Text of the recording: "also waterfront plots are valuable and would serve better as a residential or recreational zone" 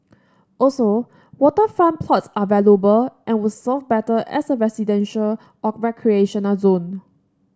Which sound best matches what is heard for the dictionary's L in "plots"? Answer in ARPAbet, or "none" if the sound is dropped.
L